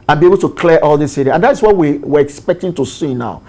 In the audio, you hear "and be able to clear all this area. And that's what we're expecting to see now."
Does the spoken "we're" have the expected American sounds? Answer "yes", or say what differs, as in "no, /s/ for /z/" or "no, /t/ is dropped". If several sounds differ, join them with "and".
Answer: no, /w/ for /ɹ/